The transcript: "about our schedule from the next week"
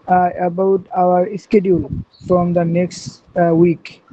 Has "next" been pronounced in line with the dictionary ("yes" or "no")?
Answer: yes